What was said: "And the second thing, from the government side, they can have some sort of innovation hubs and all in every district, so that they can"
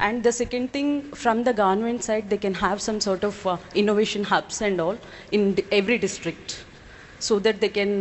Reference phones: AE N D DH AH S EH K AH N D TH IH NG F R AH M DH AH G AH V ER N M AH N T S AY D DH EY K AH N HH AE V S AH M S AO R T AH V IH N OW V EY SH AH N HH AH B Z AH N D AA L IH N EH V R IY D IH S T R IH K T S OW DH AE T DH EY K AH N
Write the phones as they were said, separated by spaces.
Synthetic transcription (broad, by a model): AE N D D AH S EH K AH N D T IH NG F R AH M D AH G AH V ER N M AH N T S AY D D EY K AH N HH AE V S AH M S AO R T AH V IH N OW V EY SH AH N HH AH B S AH N D AA L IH N EH V R IY D IH S T R IH K T S OW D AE T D EY K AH N